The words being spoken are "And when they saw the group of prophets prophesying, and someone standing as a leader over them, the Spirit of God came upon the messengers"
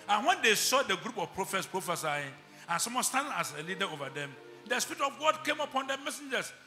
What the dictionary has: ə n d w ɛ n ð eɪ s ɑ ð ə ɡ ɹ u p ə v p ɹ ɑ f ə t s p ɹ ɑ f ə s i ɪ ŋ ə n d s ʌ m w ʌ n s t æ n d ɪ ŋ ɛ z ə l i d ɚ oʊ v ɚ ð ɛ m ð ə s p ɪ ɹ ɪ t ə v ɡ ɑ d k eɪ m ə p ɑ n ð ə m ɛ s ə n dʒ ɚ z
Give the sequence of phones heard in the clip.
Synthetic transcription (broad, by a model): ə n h w ɛ n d eɪ s ɑ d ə ɡ ɹ u p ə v p ɹ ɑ f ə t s p ɹ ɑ f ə s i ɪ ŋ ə n s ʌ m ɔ s t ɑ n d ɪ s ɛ ə l i d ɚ oʊ v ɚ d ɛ m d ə s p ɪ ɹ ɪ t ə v ɡ ɑ d k eɪ m ə p ɑ n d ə m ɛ s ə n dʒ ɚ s